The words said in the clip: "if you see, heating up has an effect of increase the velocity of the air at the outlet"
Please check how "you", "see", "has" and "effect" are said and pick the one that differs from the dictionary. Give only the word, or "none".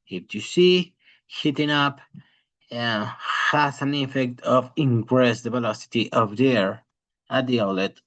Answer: has